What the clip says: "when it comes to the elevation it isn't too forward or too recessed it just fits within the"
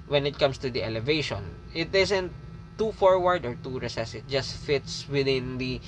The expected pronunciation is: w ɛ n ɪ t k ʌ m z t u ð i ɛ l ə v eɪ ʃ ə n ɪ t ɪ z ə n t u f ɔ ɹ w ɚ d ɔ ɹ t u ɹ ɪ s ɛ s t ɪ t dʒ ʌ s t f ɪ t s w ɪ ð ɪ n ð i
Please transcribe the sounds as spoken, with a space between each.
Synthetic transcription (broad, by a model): w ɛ n ɪ t k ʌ m s t u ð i ɛ l ə v eɪ ʃ ə n ɪ t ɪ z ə n t u f ɔ ɹ w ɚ d ɔ ɹ t u ɹ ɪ s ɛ s ɪ t dʒ ʌ s t f ɪ t s w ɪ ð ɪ n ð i